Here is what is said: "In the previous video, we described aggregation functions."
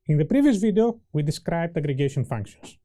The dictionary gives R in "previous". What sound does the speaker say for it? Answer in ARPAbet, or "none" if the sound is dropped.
R